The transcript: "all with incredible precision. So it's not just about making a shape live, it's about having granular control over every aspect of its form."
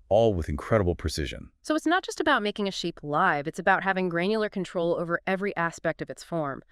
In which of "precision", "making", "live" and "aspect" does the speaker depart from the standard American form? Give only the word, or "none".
none